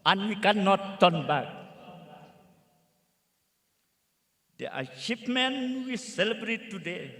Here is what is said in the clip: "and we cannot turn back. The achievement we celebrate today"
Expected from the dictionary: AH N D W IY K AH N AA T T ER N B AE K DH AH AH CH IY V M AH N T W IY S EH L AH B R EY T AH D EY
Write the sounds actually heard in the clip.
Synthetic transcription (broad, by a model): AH N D W IY K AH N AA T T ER N B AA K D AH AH SH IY P M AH N W IY S EH L AH B R EY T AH D EY